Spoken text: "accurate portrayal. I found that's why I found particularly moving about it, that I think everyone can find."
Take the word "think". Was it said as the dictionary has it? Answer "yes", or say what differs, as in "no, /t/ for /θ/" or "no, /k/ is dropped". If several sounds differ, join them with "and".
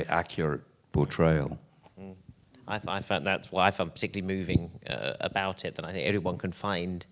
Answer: yes